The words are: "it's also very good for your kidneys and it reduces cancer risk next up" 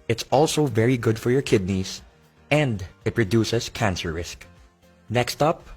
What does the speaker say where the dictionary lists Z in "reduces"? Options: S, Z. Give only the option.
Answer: S